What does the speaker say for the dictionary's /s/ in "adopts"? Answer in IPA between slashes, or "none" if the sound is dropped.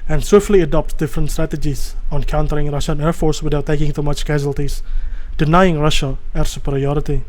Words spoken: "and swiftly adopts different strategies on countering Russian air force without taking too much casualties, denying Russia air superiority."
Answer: none